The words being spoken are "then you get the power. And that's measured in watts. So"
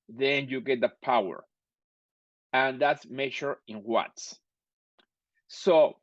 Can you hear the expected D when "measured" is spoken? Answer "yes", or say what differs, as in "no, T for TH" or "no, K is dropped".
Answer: no, D is dropped